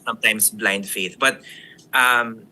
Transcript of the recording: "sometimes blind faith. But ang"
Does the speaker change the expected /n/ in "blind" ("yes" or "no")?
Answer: no